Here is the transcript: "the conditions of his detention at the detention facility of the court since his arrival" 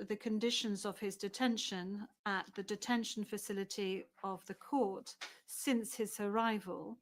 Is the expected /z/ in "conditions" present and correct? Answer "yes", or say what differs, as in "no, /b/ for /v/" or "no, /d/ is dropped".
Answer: yes